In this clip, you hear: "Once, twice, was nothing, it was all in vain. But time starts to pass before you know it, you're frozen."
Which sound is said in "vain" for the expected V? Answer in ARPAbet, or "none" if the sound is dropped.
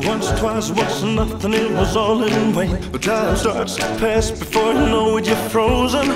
W